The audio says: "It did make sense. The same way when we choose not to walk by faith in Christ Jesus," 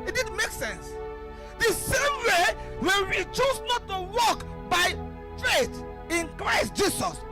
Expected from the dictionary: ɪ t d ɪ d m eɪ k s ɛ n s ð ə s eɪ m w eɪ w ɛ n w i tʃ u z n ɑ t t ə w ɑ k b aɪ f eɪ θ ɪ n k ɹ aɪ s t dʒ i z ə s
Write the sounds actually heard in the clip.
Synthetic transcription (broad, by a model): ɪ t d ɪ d m eɪ k s ɛ n s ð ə s eɪ m w eɪ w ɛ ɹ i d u s n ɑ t t ə w ɑ k b aɪ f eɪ t ɪ n k ɹ aɪ s t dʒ i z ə s